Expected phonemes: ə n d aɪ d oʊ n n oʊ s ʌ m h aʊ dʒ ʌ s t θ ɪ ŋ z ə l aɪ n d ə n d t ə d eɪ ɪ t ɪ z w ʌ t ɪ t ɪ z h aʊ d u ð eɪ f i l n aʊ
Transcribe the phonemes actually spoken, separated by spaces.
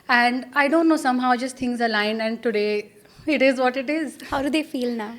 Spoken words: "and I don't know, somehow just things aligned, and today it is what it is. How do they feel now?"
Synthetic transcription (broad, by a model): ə n d aɪ d oʊ n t oʊ s ʌ m h aʊ dʒ ʌ s t t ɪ ŋ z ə l aɪ n ə n d t ə d eɪ ɪ t ɪ z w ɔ t ɪ t ɪ z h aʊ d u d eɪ f i l n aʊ